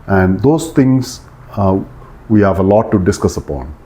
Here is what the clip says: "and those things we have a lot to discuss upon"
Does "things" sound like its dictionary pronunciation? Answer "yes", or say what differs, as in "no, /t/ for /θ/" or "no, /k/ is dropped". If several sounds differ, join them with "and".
no, /t/ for /θ/